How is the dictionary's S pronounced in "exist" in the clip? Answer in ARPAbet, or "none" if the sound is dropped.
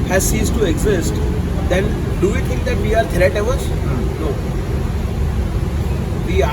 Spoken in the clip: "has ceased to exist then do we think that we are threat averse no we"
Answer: S